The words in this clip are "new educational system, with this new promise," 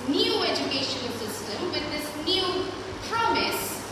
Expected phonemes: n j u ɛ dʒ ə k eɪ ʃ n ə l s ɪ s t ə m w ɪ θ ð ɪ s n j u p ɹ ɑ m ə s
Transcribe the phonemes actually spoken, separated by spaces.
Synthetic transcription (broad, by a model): n j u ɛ dʒ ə k eɪ ʃ ə n s ɪ s t ə m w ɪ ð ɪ s n j u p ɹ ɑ m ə s